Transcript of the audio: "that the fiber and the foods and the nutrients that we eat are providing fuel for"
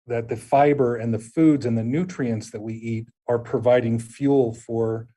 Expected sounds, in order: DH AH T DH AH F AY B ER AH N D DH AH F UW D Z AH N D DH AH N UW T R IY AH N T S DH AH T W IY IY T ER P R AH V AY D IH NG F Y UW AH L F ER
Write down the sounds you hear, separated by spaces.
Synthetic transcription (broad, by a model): DH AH T DH AH F AY B ER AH N DH AH F UW D Z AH N DH AH N UW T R IY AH N T S DH AH T W IY IY T ER P R AH V AY D IH NG F Y UW L F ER